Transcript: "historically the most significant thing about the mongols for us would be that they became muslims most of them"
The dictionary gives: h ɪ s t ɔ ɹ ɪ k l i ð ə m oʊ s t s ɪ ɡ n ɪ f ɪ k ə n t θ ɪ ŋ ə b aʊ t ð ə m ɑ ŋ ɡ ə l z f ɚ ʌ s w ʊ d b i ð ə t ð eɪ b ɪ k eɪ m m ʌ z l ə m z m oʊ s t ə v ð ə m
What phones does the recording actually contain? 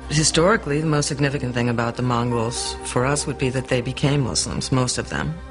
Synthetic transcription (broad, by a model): h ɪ s t ɔ ɹ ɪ k l i ð ə m oʊ s t s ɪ ɡ n ɪ f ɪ k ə n θ ɪ ŋ ə b aʊ t ð ə m ɑ ŋ ɡ l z f ɚ ʌ s w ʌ d b i ð ə t ð eɪ b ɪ k eɪ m m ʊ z l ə m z m oʊ s t ə v ð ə m